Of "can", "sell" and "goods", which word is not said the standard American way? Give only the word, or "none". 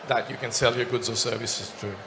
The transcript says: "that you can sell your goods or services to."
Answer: none